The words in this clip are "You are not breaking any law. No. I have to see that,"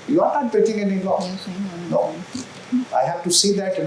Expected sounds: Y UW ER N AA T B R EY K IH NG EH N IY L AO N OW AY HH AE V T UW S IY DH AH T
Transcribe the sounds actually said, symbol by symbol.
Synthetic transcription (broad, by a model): Y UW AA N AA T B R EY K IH NG EH N IY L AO N OW AY HH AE F T UW S IY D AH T